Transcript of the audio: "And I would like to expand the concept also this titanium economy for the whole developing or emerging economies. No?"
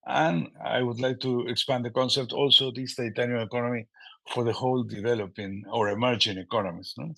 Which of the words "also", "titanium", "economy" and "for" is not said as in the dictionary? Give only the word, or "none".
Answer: titanium